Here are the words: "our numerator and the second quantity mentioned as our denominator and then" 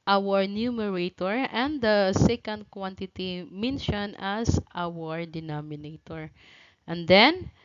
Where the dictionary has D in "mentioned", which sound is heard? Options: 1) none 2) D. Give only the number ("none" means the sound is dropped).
1